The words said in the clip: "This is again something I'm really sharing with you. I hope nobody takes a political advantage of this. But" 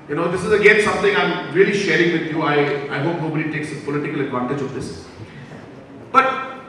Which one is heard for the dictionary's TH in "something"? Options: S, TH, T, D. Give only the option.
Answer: T